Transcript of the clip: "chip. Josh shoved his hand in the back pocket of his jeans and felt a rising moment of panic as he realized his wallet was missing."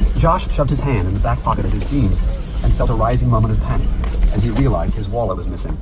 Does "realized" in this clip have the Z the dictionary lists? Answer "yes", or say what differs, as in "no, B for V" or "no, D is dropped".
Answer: yes